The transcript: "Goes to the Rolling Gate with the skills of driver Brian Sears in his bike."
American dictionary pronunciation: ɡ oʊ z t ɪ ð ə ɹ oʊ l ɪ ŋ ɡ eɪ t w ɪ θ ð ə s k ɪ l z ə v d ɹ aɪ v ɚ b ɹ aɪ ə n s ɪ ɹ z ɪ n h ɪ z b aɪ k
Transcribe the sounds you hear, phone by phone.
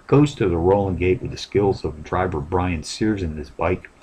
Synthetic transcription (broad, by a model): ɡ oʊ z t ɪ ð ə ɹ oʊ l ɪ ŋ ɡ eɪ t w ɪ ð ə s k ɪ l z ə v d ɹ aɪ v ɚ b ɹ aɪ ə n s ɪ ɹ z ɪ n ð ɪ s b aɪ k